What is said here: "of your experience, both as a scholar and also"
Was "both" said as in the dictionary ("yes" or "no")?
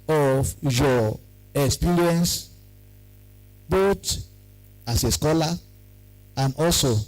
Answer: no